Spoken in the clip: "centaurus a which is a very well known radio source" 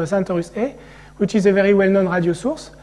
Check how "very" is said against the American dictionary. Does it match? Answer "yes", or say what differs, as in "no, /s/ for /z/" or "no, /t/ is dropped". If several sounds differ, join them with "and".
yes